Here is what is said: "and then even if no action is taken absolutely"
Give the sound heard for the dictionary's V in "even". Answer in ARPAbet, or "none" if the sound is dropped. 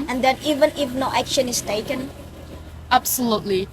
V